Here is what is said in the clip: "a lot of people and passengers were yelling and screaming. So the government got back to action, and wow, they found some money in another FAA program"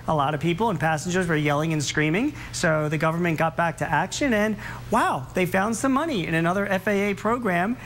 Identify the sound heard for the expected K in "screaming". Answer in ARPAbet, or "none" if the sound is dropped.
K